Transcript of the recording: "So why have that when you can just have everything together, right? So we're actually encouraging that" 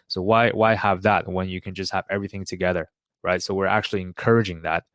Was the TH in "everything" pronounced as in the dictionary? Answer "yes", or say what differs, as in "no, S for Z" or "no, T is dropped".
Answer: yes